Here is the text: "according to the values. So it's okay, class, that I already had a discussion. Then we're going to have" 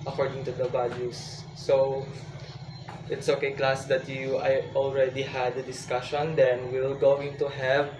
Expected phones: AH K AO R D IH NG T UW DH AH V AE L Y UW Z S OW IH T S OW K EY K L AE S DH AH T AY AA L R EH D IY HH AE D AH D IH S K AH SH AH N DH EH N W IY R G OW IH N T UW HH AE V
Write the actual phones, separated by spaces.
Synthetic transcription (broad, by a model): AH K AO R D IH NG T UW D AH B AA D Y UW S OW IH T S OW K EY K L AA S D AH T AY AA L R EH D IY HH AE D AH D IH S K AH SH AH N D EH N W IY L G OW IH N T UW HH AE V